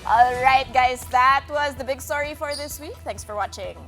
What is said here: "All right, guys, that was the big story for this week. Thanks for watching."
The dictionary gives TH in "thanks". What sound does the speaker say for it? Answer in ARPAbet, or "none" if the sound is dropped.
T